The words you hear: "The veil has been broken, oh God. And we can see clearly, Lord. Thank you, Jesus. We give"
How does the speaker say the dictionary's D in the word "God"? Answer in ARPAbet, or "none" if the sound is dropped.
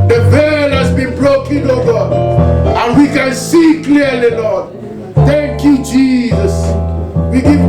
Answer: none